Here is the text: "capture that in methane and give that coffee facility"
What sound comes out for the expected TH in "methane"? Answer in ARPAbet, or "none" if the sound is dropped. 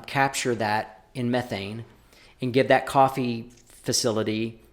TH